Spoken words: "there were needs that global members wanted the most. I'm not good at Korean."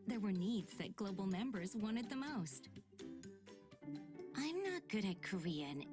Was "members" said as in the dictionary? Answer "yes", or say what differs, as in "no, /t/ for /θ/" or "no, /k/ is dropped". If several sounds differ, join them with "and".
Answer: yes